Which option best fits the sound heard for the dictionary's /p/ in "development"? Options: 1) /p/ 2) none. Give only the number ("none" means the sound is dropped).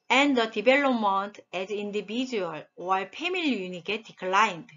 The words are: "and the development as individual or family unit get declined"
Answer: 2